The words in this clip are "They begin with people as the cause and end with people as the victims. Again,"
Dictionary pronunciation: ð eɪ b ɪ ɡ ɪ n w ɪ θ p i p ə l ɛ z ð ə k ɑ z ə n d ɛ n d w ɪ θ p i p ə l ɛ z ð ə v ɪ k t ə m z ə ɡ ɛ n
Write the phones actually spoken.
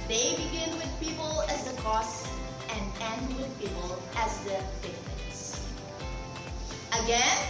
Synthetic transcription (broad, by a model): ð eɪ b ɪ ɡ ɪ n w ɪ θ p i p ə l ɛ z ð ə k ɑ s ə n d ɛ n d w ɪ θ p i p ə l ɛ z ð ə f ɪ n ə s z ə ɡ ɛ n